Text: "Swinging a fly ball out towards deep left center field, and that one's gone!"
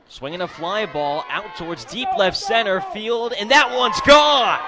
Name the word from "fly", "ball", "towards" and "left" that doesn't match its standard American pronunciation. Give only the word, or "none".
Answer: none